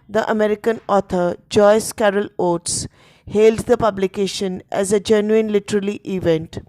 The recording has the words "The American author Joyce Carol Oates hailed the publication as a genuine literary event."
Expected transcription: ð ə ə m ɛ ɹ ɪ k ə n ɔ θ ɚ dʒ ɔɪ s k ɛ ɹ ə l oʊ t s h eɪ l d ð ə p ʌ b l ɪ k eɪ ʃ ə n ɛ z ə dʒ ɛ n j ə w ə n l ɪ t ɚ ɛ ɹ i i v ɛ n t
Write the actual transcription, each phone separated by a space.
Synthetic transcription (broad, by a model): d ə ə m ɛ ɹ ɪ k ə n ɔ t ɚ dʒ ɔɪ s k ɛ ɹ ə l oʊ t s h eɪ l d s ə p ʌ b l ɪ k eɪ ʃ ə n ɛ z ə dʒ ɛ n j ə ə n l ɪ t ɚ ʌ l i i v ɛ n t